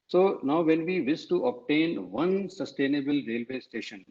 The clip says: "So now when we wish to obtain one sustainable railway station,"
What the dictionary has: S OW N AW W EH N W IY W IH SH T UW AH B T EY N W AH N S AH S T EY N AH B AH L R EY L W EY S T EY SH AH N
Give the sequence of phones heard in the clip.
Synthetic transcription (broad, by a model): S OW N AW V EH N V IY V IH S T UW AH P T EY N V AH N S AH S T EY N AH B AH L R EY L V EY S T EY SH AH N